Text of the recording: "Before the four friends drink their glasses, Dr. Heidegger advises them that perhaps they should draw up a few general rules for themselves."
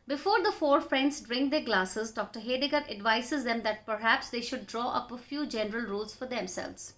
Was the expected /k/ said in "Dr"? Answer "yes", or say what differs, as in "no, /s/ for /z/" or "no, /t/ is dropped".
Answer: yes